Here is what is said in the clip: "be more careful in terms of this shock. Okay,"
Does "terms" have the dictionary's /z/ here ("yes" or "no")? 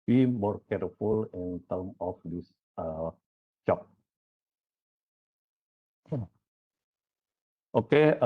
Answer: no